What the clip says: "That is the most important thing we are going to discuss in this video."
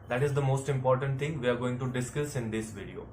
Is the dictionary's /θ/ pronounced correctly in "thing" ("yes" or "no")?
no